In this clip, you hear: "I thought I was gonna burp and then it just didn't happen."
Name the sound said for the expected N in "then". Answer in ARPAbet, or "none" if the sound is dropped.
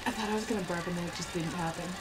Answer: none